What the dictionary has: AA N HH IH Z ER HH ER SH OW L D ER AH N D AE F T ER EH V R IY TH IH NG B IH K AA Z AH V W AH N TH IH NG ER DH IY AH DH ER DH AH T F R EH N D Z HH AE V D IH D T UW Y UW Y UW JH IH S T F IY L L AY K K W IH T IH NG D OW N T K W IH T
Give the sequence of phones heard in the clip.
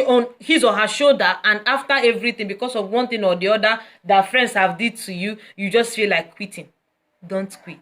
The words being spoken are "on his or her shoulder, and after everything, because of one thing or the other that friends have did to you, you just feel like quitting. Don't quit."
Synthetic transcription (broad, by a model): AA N HH IH Z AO HH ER SH OW D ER AH N D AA F T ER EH V R IY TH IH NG B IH K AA S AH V W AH N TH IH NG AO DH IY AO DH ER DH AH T F R EH N D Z HH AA V D IH D T UW Y UW Y UW JH IH S T F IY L L AY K K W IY T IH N D OW N T K W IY T